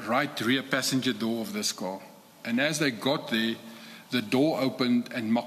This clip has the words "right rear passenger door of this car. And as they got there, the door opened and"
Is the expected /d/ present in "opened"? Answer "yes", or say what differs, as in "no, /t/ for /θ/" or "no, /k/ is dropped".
yes